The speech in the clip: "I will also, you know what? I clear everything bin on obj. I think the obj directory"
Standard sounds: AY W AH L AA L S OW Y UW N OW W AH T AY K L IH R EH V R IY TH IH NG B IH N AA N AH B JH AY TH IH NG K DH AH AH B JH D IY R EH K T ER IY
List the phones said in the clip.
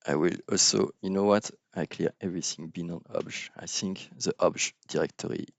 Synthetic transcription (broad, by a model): AY W AH L AA L S OW Y UW N OW W AH T AY K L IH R EH V R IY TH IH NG B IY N AA N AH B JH AY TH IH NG K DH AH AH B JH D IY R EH K T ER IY